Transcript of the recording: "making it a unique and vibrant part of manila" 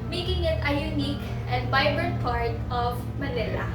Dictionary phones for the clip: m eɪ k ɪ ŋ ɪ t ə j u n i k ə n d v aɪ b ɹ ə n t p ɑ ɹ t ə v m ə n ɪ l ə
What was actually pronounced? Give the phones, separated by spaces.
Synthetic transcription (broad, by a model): m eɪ k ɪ ŋ ɪ t ə j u n i k ə n d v aɪ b ə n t p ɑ ɹ t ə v m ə n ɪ l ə